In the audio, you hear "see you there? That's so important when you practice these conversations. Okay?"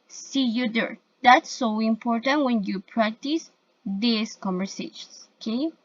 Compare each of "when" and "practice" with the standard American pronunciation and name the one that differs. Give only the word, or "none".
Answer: none